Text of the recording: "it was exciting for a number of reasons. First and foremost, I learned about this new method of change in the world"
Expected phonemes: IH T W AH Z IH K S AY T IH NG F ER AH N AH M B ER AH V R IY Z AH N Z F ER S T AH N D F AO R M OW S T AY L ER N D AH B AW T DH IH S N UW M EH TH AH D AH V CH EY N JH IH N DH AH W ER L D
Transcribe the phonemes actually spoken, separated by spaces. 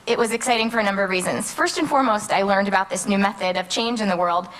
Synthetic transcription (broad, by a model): IH T W AH Z IH K S AY T IH NG F ER AH N AH M B ER AH V R IY Z AH N Z F ER S T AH N F AO R M OW S T AY L ER N D AH B AW T DH IH S N UW M EH TH AH D AH V CH EY N JH IH N DH AH W ER L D